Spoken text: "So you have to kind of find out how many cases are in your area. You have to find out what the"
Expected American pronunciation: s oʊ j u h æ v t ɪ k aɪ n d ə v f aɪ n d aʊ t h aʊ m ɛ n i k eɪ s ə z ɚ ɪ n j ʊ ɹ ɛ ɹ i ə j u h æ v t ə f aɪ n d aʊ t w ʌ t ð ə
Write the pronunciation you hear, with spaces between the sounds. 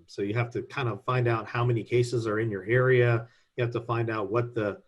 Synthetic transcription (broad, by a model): s oʊ j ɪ h æ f t ɪ k aɪ n d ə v f aɪ n d aʊ t h aʊ m ɛ n i k eɪ s ə z ɚ ɪ n j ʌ ɹ ɛ ɹ i ə j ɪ h æ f t ə f aɪ n d aʊ t w ʌ t ð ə